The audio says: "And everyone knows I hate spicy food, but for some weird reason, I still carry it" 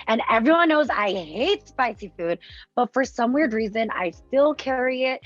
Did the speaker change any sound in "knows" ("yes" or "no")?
no